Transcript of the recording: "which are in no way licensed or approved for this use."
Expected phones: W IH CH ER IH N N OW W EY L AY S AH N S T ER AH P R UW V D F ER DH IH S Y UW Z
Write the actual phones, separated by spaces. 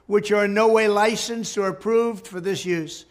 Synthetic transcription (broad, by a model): W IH CH ER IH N N OW W EY L AY S AH N S T ER AH P R UW V D F ER DH IH S Y UW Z